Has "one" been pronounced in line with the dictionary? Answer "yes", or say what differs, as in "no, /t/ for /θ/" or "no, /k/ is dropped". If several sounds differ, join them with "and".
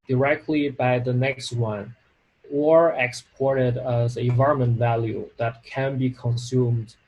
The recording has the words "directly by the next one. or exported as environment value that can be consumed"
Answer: yes